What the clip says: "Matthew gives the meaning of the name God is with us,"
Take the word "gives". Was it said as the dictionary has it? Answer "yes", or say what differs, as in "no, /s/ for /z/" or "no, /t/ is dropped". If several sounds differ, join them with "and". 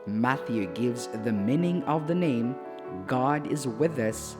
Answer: yes